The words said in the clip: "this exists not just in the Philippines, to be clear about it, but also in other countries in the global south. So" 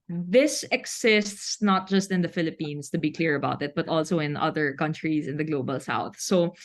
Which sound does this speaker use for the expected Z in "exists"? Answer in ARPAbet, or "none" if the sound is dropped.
S